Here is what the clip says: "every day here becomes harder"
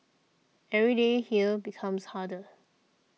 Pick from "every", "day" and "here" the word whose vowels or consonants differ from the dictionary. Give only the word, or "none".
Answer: here